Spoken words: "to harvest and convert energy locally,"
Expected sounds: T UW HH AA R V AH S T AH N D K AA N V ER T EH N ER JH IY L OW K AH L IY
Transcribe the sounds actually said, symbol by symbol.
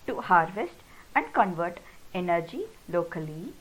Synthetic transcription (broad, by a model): T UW HH AA R V AH S T AH N D K AA N V ER T EH N ER JH IY L OW K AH L IY